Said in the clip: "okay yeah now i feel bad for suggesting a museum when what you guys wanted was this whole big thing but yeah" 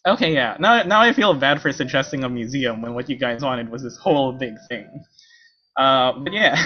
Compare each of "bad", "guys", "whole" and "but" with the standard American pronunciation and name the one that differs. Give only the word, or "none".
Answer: none